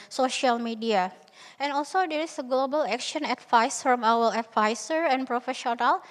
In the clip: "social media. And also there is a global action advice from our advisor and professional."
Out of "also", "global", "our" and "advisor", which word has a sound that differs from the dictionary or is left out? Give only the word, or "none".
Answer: advisor